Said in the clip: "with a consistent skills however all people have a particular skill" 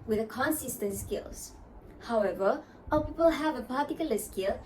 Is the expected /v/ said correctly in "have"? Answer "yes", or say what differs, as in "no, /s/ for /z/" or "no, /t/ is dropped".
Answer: yes